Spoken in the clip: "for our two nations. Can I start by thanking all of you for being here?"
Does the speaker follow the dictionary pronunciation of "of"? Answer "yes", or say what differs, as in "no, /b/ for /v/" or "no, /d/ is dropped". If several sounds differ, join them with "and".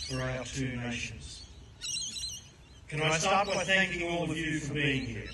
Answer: yes